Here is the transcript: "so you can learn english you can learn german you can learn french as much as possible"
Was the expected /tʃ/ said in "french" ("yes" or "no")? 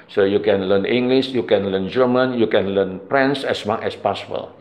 no